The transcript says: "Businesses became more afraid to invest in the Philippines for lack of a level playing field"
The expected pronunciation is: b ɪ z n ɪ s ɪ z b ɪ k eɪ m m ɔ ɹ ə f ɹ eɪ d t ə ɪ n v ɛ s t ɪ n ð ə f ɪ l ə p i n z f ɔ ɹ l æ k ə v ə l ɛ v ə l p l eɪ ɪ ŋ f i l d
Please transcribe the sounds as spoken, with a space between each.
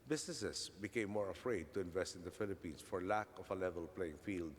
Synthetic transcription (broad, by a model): b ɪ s n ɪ s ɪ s b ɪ k eɪ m m ɔ ɹ ə f ɹ eɪ d t ə ɪ n v ɛ s t ɪ n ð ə f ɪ l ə p i n s f ɔ ɹ l æ k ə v ə l ɛ v ə l p l eɪ ɪ ŋ f i l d